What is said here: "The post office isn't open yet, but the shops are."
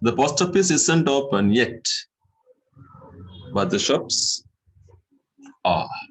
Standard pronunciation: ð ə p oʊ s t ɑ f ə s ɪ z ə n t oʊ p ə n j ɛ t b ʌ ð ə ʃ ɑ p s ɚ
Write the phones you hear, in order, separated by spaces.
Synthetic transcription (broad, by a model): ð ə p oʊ s t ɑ p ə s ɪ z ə n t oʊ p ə n j ɛ t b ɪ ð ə ʃ ɑ p s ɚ